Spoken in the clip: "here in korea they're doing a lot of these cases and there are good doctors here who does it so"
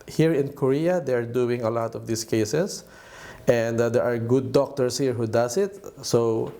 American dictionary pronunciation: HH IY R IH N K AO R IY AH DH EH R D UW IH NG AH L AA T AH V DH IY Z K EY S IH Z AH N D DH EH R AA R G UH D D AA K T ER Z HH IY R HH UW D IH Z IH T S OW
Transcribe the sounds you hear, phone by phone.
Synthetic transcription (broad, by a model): HH IY R IH N K AO R IY AH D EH R D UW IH NG AH L AA T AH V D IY S K EY S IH S AH N D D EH R AA R G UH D D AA K T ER S HH IY R HH UW D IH S IH T S OW